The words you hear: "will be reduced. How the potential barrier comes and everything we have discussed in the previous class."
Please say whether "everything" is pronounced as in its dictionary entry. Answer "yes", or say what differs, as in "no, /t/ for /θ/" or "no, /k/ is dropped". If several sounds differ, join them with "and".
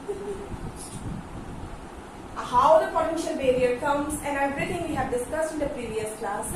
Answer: no, /b/ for /v/ and /t/ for /θ/